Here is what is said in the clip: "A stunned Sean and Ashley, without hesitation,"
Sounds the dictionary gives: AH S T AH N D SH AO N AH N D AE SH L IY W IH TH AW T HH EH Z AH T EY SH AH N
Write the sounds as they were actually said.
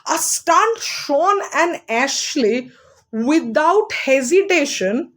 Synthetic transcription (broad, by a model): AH S T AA N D SH AO N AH N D AE SH L IY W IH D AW T HH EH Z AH T EY SH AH N